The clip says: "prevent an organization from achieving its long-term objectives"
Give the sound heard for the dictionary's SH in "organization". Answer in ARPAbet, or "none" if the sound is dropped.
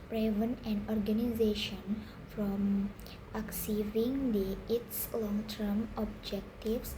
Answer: SH